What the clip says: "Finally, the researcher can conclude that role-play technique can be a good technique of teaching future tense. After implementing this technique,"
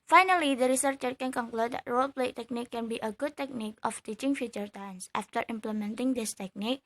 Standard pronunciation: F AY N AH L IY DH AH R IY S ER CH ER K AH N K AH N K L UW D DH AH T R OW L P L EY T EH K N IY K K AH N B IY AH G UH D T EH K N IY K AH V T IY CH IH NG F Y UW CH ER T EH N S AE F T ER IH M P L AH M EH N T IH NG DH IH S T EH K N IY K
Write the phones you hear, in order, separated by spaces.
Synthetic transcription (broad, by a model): F AY N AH L IY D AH R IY S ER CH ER K AH N K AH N K L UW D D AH T R OW L P L EY T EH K N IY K K AH N B IY AH G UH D T EH K N IY K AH F T IY CH IH NG F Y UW CH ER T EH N S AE F T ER IH M P L AH M EH N T IH NG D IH S T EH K N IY K